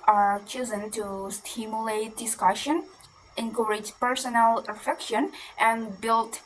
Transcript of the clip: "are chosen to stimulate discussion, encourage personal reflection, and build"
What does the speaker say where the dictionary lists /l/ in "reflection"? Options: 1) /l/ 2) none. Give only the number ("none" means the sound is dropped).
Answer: 2